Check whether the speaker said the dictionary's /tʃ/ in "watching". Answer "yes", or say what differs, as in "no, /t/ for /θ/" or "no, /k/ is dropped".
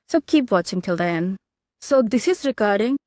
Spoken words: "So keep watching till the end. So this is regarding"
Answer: yes